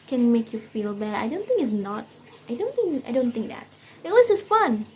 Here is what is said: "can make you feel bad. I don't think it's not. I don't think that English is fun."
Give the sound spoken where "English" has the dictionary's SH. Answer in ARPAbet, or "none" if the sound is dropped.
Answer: S